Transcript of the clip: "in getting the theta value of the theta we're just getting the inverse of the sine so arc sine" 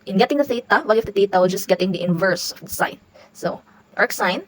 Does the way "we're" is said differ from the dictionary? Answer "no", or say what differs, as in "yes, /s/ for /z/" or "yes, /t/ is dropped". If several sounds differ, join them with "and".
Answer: yes, /l/ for /ɹ/